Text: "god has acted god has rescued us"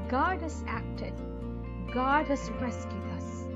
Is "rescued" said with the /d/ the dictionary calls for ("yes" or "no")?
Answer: no